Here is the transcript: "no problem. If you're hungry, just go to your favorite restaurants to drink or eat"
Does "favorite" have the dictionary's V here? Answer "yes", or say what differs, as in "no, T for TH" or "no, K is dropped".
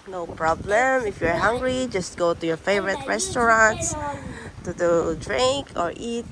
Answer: yes